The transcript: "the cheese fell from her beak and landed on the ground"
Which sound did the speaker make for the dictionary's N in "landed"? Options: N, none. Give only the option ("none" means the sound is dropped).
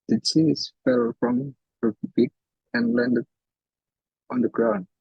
N